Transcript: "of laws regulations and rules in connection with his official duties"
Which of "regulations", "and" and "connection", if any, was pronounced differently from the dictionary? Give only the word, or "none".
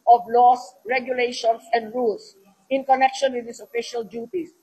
regulations